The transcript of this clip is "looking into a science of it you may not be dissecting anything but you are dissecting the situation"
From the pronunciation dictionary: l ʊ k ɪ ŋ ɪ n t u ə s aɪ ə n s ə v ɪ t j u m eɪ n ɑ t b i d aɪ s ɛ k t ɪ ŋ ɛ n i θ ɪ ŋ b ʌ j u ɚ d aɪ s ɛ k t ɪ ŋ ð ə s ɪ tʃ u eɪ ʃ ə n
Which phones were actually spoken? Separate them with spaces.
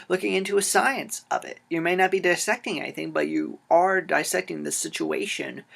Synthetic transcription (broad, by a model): l ʊ k ɪ ŋ ɪ n t u ə s aɪ ə n s ə v ɪ t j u m eɪ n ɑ t b i d aɪ s ɛ k t ɪ ŋ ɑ i θ ɪ ŋ b ʌ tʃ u ɚ d aɪ s ɛ k t ɪ ŋ ð ə s ɪ tʃ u eɪ ʃ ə n